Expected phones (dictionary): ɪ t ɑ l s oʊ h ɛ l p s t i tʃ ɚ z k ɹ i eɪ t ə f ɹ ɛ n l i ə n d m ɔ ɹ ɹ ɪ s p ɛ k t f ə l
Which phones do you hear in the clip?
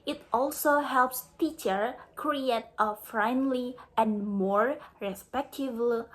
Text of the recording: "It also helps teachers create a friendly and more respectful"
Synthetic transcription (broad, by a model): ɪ t ɑ l s oʊ h ɛ l p s t i tʃ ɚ k ɹ i eɪ t ə f ɹ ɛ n l i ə n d m ɔ ɹ ɹ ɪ s p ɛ k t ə l